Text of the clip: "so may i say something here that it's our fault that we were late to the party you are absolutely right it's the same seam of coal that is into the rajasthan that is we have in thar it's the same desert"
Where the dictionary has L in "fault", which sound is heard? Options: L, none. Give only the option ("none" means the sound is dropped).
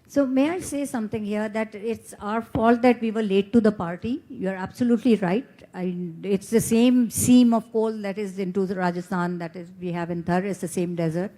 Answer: L